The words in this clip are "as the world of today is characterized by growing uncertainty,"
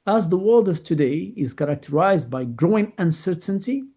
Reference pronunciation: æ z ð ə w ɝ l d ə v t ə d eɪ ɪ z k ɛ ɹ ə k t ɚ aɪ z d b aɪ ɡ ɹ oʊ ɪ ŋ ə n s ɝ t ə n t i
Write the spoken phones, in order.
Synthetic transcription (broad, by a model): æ z ð ə w ɝ l d ə v t ə d eɪ ɪ z k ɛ ɹ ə k t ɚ aɪ z d b aɪ ɡ ɹ oʊ ɪ ŋ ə n s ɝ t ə n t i